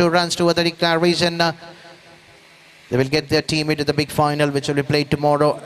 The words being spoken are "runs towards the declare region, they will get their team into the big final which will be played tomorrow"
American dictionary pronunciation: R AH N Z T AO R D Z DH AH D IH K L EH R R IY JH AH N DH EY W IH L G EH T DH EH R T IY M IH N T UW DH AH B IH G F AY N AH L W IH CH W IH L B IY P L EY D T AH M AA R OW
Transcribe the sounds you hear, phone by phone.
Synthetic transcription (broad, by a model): R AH N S T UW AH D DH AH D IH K EH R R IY Z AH N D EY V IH L G EH T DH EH R T IY M IH N T UW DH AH B IH G F AY N AH L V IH CH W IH L B IY P L EY D T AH M AA R OW